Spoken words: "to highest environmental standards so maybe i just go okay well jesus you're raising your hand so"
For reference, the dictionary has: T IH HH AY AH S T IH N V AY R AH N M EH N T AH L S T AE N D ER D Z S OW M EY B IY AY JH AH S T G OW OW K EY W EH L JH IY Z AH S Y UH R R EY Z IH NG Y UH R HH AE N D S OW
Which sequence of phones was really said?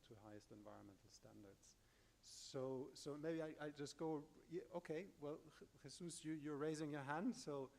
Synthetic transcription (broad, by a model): T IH HH AY AH S T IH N V AY R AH N M EH N T L S T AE N D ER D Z S OW M EY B IY AY JH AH S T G OW OW K EY W EH L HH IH S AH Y Y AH R R EY Z IH NG Y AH R HH AE N D S OW